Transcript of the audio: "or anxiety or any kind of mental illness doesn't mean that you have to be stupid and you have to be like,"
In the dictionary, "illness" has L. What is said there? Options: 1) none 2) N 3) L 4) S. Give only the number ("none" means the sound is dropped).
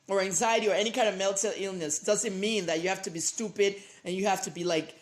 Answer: 3